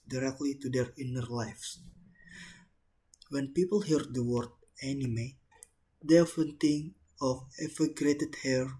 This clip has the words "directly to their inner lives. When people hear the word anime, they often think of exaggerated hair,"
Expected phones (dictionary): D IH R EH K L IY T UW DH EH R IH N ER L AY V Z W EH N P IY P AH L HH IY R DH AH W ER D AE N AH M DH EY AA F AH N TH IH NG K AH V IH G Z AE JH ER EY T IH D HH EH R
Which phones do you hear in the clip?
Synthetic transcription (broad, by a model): D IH R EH K L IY T UW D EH R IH N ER L AY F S W EH N P IY P AH L HH IY R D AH W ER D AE N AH M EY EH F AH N T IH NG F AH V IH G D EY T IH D HH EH R